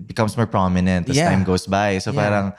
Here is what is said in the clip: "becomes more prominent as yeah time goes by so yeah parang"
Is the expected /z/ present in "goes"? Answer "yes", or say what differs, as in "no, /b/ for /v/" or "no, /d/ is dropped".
no, /s/ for /z/